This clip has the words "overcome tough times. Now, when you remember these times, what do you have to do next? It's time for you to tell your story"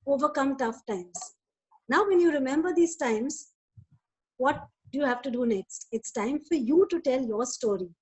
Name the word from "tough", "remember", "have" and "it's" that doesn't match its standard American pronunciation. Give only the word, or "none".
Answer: none